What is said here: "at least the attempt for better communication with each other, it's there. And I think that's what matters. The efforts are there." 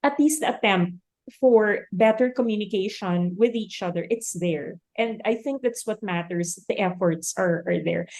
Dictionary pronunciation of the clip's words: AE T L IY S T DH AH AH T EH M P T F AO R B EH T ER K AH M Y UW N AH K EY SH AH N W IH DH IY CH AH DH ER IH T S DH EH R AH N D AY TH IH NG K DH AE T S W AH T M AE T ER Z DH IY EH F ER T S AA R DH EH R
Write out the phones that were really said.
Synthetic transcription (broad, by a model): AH T L IY S T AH AH T EH M P T F AO R B EH T ER K AH M Y UW N AH K EY SH AH N W IH DH IY CH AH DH ER IH T S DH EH R AH N D AY TH IH NG K DH AE T S W AH T M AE T ER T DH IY EH F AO T S AA R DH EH R